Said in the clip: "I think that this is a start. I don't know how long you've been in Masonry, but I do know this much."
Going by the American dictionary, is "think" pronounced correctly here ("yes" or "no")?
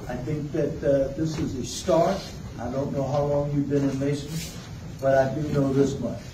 yes